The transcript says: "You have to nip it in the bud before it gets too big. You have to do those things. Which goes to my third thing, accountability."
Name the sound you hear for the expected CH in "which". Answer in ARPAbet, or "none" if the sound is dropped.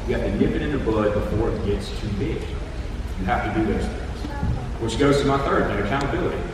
SH